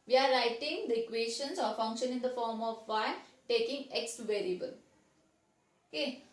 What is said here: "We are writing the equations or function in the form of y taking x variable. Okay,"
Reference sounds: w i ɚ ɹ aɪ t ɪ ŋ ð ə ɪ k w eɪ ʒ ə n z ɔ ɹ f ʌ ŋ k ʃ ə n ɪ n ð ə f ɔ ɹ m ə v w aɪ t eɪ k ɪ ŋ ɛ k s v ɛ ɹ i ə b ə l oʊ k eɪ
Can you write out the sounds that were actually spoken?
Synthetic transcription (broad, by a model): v i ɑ ɹ aɪ t ɪ ŋ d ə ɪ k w eɪ ʃ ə n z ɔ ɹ f ʌ ŋ k ʃ ə n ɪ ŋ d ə f ɔ ɹ m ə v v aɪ t eɪ k ɪ ŋ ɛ k s v ɛ ɹ i ə b ə l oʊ k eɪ